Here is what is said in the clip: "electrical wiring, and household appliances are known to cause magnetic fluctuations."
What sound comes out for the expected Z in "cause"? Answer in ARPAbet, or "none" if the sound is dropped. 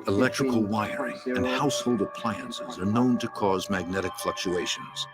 Z